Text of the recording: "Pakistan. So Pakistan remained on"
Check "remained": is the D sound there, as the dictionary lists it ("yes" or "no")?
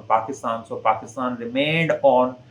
yes